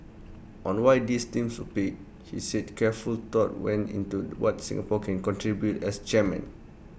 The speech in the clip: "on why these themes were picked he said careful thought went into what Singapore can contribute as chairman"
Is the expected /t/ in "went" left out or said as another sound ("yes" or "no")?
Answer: yes